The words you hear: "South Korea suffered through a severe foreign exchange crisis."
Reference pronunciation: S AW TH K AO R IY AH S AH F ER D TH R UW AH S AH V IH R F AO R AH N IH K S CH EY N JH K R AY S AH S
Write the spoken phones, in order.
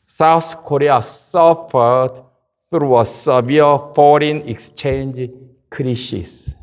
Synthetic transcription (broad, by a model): S AW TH K AO R IY AH S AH F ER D TH R UW AH S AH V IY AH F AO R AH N IH K S CH EY N JH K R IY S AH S